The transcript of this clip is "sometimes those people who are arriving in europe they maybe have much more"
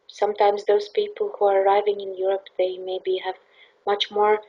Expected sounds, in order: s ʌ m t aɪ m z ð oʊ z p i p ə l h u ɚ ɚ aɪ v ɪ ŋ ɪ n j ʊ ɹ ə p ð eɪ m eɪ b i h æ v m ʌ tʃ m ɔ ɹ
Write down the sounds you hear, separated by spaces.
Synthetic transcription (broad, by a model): s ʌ m t aɪ m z ð oʊ z p i p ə l h u ɚ ɚ aɪ v ɪ ŋ ɪ n j ʊ ɹ ə p ð eɪ m eɪ b i h æ v m ʌ tʃ m ɔ ɹ